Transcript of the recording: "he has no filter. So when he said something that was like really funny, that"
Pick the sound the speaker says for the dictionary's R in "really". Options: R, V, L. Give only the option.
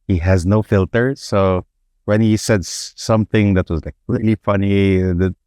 L